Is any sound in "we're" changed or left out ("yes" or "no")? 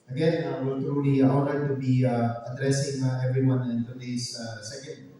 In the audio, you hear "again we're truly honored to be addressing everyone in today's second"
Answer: yes